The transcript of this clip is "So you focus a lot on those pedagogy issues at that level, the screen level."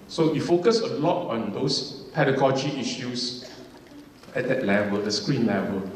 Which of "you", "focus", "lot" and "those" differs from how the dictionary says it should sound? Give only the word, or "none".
those